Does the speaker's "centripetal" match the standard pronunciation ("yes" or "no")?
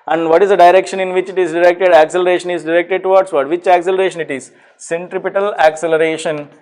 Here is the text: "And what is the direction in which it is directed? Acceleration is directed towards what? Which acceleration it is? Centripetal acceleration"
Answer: yes